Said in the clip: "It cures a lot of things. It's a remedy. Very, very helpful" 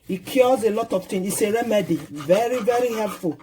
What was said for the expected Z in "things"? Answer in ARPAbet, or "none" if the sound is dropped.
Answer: none